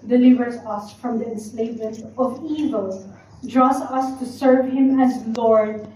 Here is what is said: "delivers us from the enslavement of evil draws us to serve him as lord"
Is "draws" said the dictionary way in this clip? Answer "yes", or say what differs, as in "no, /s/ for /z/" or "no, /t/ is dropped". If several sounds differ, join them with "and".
no, /s/ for /z/